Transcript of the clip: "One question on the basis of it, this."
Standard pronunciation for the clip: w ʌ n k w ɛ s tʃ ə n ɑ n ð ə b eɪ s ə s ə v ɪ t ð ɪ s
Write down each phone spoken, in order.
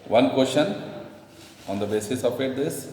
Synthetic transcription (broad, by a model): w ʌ n k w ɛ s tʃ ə n ɑ n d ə b eɪ s ə s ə p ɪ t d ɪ s